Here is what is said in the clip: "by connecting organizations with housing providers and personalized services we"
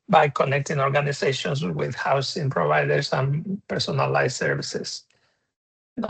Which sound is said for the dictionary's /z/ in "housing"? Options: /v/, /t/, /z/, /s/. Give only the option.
/s/